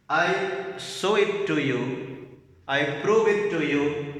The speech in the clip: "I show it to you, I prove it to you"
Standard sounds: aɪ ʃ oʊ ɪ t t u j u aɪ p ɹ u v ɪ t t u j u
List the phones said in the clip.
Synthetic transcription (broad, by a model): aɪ s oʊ ɪ t t u j u aɪ p ɹ u v ɪ t t u j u